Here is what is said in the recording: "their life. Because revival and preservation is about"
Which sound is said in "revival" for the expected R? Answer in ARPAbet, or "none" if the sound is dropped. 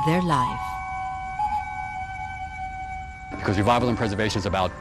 W